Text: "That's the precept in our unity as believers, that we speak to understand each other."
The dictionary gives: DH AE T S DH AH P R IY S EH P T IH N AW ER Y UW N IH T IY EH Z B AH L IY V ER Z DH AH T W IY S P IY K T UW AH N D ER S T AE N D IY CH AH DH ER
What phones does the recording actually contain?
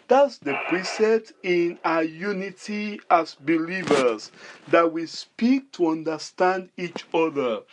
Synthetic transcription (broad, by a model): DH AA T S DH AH P R IY S EH P T IH N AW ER Y UW N IH T IY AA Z B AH L IY V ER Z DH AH T W IY S P IY K T UW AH N D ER S T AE N D IY CH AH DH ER